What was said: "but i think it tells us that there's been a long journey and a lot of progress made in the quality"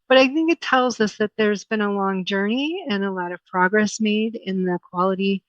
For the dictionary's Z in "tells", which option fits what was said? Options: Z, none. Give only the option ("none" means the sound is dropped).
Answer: Z